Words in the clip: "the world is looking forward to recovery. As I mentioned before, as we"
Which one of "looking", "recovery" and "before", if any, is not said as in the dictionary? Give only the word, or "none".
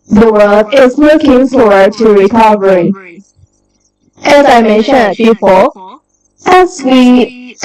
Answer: before